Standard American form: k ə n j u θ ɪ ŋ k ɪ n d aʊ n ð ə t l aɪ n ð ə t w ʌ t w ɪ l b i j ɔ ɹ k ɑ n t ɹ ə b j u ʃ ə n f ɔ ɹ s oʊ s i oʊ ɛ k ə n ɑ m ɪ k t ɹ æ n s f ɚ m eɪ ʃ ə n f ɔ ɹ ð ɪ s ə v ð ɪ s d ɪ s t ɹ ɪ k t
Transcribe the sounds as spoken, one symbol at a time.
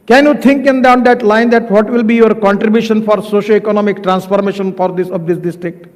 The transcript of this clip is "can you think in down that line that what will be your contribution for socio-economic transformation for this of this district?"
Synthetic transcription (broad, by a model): k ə n j u t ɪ ŋ k ɪ n d aʊ n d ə t l aɪ n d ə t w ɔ t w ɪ l b i j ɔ ɹ k ɑ n t ɹ ə b j u ʃ ə n f ɔ ɹ s oʊ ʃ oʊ ɛ k ə n ɑ m ɪ k t ɹ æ n s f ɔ m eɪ ʃ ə n f ɔ ɹ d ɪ s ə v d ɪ s d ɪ s t ɹ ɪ k t